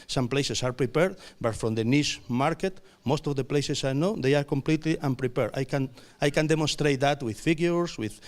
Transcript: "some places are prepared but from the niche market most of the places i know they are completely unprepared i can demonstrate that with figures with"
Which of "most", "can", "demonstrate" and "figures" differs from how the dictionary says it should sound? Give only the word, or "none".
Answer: figures